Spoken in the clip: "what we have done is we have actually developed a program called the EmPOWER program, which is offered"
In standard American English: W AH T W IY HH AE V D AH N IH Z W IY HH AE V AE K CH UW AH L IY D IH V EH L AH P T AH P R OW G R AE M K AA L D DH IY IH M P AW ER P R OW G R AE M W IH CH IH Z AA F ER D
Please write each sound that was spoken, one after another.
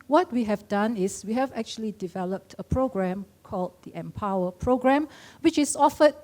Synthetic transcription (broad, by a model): W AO T W IY HH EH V D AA N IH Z W IY HH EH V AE K CH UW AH L IY D IH V EH L AH P T AH P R OW G R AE M K AA L D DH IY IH M P AW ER P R OW G R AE M W IH CH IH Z AA F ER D